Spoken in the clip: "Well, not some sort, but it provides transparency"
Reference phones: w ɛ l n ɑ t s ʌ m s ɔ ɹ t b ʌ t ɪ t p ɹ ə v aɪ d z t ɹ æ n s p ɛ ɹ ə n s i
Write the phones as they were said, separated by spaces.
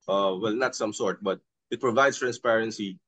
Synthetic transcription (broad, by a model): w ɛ l n ɑ t s ʌ m s ɔ ɹ t b ʌ t ɪ t p ɹ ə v aɪ d s t ɹ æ n s p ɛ ɹ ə n s i